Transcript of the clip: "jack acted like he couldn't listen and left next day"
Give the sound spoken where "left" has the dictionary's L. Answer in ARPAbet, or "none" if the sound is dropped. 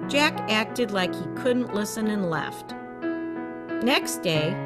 L